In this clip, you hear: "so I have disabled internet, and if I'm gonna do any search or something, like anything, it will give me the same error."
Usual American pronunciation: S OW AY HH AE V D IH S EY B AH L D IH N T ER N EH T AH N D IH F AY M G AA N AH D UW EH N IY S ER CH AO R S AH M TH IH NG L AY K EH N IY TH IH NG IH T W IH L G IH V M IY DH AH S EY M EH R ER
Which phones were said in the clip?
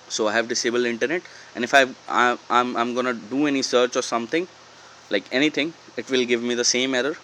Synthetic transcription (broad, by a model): S OW AY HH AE V D IH S EY B AH L D IH N T ER N EH T AH N D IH F AY M G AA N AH D UW EH N IY S ER CH AO R S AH M T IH NG L AY K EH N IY T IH NG IH T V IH L G IH V M IY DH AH S EY M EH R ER